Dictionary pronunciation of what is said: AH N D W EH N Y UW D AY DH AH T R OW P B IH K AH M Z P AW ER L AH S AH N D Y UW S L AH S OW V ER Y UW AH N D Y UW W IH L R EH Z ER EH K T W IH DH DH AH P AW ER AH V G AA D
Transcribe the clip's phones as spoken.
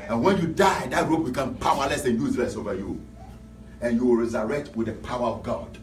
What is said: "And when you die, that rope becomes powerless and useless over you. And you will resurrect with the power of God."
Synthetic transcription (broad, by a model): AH N W EH N Y UW D AY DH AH T R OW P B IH K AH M P AW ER L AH S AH N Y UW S L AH S OW V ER Y UW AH N Y UW W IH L R EH Z ER EH K T W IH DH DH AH P AW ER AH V G AA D